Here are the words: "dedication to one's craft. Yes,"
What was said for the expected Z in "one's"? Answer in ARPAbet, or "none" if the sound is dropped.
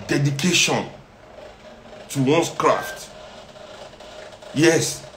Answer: S